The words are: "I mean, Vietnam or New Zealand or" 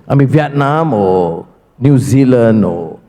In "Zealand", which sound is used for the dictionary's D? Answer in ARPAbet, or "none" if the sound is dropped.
none